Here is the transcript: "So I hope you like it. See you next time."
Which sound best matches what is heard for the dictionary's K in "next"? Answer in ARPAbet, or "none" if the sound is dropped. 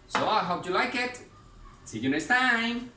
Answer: none